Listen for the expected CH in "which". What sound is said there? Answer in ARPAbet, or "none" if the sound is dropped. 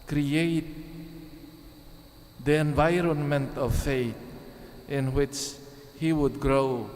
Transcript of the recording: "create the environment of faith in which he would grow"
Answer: CH